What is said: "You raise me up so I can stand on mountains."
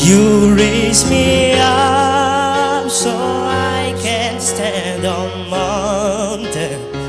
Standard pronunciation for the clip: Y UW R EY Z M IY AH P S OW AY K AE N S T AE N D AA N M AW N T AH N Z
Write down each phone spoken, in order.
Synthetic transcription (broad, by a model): Y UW R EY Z M IY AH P S OW AY K AE N S T AE N D AA N M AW N T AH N